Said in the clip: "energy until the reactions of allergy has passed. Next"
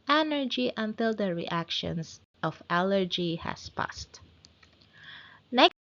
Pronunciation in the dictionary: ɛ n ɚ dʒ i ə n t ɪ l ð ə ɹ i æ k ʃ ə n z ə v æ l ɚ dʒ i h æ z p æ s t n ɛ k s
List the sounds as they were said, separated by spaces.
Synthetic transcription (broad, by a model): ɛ n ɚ dʒ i ə n t ɪ l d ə ɹ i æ k ʃ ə n s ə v æ l ɚ dʒ i h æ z p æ s t n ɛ